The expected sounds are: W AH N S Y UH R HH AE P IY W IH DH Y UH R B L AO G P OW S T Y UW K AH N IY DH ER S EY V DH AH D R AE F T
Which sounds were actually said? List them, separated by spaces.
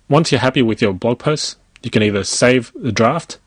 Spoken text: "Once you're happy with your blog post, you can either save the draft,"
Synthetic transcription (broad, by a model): W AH N S Y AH R HH AE P IY W IH DH Y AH R B L AO G P OW S T Y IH K AH N IY DH ER S EY V DH AH D R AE F T